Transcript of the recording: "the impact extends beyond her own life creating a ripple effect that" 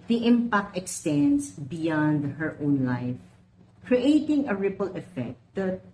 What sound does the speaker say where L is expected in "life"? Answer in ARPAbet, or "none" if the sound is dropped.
L